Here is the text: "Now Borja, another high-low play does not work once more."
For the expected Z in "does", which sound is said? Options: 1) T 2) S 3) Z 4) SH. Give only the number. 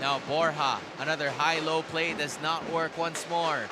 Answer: 3